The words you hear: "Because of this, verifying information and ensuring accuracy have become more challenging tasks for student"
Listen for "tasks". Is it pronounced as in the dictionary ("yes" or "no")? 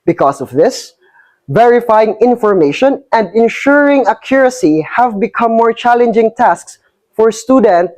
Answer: yes